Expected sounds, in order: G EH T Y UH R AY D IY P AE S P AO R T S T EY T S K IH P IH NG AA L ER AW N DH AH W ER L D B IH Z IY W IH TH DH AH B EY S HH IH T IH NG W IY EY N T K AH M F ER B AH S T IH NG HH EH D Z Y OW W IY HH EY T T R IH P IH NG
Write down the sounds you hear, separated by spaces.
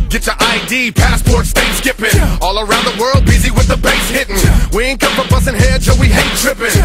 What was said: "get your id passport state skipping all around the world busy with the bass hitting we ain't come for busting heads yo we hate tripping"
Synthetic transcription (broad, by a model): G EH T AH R AY D IY P AE S P AO R T S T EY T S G IH P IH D AA L ER AW N DH AH W ER L D B IH Z IY W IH DH AH B EY S HH IH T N W IY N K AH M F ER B AH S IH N HH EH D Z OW W IY HH EY T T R IH P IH